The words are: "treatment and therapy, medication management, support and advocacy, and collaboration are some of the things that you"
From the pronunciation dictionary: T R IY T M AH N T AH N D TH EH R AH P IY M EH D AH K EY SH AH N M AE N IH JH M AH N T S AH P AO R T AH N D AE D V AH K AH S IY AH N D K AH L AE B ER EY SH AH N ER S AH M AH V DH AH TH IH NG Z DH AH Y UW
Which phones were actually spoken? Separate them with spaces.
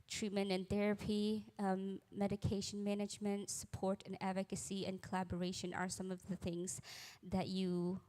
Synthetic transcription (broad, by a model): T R IY T M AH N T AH N TH EH R AH P IY M EH D AH K EY SH AH N M AE N IH JH M AH N T S AH P AO R T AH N AE D V AH K AH S IY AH N K AH L AE B ER EY SH AH N ER S AH M AH V DH AH TH IH NG Z DH AH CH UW